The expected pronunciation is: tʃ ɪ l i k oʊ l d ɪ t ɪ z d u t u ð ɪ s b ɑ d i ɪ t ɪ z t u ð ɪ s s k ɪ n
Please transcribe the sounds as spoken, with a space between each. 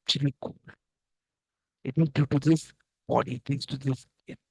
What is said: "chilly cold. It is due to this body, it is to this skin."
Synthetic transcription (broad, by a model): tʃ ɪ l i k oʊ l ɪ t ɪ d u t u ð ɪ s b ɑ d i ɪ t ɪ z t u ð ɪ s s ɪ